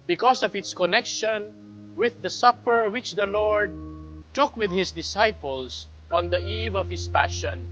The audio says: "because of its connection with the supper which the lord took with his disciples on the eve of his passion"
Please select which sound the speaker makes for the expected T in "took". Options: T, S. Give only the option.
T